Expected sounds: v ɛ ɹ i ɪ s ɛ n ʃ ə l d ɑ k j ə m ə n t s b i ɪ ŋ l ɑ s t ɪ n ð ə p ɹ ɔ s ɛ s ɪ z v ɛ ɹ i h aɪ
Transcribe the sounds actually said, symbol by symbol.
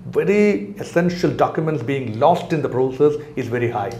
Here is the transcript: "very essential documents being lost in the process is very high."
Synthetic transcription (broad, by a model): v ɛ ɹ i ɪ s ɛ n ʃ ə l d ɑ k j ə m ə n t s b i ɪ ŋ l ɑ s t ɪ n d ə p ɹ ɔ s ɛ s ɪ z v ɛ ɹ i h aɪ